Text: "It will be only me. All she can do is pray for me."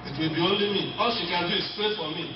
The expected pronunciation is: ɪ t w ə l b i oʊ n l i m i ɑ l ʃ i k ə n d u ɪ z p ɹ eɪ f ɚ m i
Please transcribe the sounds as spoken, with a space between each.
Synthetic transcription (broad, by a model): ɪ t w ə l b i oʊ n l i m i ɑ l ʃ i k ə n d u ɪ s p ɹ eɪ f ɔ m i